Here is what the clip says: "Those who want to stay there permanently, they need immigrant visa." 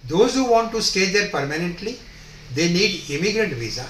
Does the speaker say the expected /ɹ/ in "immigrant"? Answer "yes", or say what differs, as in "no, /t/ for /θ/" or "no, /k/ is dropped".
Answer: yes